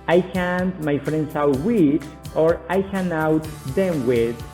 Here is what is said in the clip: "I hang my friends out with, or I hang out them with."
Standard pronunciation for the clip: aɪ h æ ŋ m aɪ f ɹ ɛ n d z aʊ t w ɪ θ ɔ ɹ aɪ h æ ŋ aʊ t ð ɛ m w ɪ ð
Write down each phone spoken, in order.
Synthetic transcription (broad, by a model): aɪ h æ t m aɪ f ɹ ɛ n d s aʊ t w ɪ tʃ ɔ ɹ aɪ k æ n aʊ t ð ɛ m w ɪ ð